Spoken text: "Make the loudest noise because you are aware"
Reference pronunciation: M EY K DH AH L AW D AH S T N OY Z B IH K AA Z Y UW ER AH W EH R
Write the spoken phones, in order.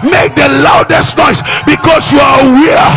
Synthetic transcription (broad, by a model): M EY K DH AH L AW D AH S T N OY S B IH K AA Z Y UW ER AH W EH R